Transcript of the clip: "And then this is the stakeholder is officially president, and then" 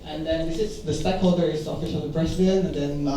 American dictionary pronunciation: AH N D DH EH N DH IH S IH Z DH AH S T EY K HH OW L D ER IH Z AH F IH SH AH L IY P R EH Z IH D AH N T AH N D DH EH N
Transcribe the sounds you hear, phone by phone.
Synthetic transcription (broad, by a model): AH N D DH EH N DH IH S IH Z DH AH S T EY K HH OW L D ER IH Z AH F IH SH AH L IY B R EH S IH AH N AH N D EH N